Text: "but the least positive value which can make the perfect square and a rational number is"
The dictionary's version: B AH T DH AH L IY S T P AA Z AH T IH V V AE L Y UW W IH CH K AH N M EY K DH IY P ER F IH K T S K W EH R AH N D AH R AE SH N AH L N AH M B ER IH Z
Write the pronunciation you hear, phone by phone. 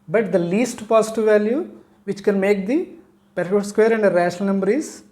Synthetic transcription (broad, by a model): B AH T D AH L IY S T P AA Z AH T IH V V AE L Y UW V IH CH K AH N M EY K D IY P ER AO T S K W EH R AH N D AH R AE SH AH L N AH M B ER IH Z